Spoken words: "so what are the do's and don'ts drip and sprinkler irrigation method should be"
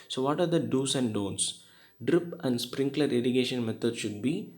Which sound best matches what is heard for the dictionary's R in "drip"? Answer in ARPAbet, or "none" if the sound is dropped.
R